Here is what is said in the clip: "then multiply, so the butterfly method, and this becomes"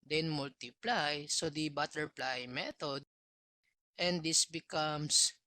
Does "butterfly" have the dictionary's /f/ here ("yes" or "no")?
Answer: no